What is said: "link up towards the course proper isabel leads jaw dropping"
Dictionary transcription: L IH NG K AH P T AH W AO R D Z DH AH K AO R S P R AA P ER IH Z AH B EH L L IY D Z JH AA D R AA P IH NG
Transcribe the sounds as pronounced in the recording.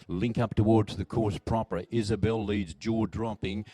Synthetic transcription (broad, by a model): L IH NG K AH P T AH W AO R D Z DH AH K AO R S P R AA P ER IH Z AH B EH L L IY D Z JH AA D R AA P IH NG